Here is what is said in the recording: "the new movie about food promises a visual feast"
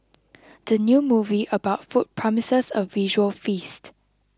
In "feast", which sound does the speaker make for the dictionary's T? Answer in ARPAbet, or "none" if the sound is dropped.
T